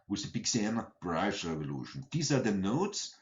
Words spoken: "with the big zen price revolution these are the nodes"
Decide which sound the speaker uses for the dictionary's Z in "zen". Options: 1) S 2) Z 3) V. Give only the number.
1